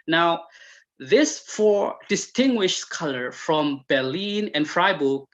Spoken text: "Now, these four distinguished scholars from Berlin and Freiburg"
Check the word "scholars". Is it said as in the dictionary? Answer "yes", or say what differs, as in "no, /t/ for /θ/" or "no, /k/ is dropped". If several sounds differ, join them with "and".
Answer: no, /z/ is dropped